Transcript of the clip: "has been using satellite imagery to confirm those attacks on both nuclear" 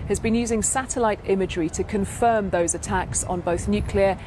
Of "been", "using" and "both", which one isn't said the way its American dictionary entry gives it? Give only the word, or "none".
none